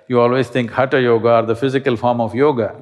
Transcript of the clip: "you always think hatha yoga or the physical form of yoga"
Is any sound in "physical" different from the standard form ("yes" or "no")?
no